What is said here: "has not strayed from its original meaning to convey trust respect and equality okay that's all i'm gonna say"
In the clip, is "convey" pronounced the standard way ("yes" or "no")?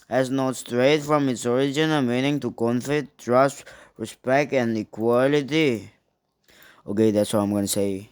no